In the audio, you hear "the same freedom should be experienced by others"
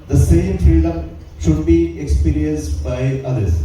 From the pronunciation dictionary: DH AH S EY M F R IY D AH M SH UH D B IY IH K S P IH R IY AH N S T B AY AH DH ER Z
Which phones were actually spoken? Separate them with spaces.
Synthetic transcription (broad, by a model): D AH S EY M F IY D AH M SH UH D B IY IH K S P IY R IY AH N S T B AY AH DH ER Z